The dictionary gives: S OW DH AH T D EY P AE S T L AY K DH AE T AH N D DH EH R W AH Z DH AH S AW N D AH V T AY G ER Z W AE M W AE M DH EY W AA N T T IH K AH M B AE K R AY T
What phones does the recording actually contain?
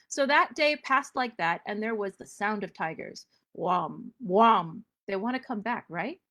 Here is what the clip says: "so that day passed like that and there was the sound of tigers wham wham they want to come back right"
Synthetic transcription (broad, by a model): S OW DH AH T D EY P AE S T L AY K DH AE T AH N DH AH R W AH Z DH AH S AW N D AH V T AY G ER Z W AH M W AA M DH EY W AA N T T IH K AH M B AE K R AY T